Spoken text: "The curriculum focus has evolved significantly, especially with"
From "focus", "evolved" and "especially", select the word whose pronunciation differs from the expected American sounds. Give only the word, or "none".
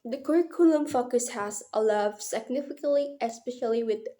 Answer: evolved